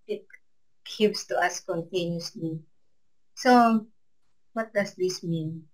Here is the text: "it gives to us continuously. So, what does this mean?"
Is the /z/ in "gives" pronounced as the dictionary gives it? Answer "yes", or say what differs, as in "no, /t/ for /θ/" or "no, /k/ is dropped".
no, /s/ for /z/